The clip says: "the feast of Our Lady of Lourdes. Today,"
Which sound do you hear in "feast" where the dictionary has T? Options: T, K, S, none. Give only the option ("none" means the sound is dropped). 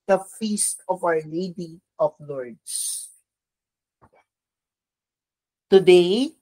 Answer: T